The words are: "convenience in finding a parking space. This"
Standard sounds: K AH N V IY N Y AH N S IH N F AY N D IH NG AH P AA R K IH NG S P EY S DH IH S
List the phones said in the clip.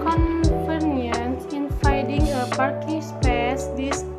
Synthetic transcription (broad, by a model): K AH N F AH N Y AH N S IH N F AY D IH NG AH P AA R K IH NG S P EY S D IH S